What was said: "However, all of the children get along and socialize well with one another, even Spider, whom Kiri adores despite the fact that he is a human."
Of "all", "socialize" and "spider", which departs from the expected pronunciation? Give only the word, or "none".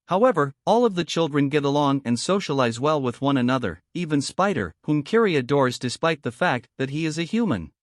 none